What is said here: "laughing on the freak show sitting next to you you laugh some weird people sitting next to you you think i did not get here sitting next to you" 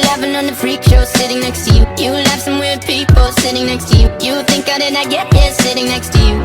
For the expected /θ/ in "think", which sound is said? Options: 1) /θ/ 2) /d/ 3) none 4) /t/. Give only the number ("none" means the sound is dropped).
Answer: 1